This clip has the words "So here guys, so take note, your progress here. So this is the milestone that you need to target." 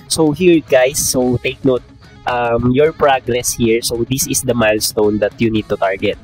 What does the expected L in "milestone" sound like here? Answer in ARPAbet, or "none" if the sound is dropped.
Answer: L